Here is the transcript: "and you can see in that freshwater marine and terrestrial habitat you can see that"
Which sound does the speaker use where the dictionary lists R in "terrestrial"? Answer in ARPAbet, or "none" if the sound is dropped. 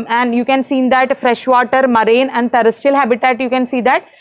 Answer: none